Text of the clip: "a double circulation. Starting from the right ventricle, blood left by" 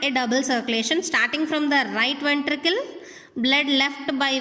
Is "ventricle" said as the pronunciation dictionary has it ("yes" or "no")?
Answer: yes